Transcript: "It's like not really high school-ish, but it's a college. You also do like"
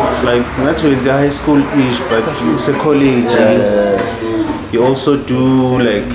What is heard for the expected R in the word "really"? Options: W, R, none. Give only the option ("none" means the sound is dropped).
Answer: W